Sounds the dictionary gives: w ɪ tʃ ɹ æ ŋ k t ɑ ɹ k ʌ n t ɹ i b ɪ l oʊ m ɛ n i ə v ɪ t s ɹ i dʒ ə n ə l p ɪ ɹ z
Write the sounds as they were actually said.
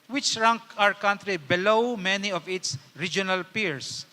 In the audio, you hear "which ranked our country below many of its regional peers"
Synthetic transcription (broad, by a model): w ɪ tʃ ɹ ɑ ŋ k ɑ ɹ k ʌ n t ɹ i b ɪ l oʊ m ɛ n i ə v ɪ t s ɹ i dʒ ə n ə l p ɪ ɹ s